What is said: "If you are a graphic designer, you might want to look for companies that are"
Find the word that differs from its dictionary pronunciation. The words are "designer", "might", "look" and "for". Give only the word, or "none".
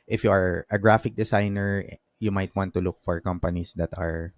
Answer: designer